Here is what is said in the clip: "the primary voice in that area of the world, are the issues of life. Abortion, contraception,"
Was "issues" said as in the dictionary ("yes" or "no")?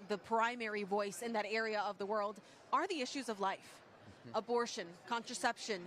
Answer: yes